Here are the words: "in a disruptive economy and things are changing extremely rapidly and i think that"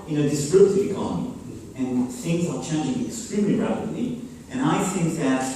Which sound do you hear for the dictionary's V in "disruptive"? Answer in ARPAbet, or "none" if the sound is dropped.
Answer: none